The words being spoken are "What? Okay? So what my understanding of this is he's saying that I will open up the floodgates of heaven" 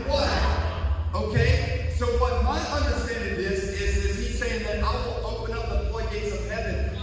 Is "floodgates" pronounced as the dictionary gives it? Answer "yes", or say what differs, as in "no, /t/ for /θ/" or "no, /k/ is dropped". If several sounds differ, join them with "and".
no, /l/ is dropped